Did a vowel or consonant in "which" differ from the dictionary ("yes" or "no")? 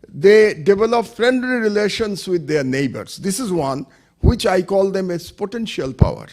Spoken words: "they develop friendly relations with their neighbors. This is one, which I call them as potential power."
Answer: no